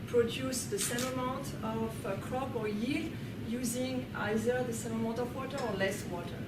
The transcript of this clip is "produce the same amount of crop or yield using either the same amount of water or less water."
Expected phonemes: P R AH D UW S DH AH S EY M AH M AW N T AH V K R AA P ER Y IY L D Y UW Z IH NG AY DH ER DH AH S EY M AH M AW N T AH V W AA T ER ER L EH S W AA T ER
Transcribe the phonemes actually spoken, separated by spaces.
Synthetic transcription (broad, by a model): P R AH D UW S DH AH S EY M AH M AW T AH V K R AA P ER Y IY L Y UW Z IH NG AY DH ER DH AH S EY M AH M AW T AH V W AA T ER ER L EH S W AA T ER